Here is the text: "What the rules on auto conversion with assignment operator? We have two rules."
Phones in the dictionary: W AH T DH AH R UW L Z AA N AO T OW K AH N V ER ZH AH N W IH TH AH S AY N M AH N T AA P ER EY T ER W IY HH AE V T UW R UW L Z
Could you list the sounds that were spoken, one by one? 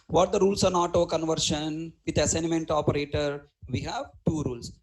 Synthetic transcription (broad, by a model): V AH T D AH R UW L S AA N AO T OW K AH N V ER SH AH N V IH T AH S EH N M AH N T AA P ER EY T ER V IY HH AE V T UW R UW L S